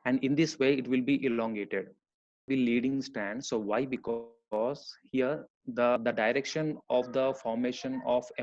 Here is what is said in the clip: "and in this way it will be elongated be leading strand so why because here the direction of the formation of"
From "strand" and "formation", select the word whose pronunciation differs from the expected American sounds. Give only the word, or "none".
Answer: strand